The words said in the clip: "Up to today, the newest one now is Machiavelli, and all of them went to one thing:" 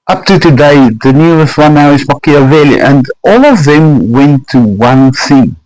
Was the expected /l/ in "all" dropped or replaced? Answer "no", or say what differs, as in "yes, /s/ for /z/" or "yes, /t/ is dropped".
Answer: no